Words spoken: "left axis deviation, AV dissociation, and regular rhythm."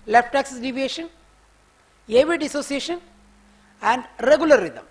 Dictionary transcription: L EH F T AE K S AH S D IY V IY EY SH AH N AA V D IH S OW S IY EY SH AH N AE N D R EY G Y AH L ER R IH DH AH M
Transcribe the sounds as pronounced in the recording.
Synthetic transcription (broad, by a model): L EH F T AE K S AH S D IY V IY EY SH AH N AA V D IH S OW S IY EY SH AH N AE N D R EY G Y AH L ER R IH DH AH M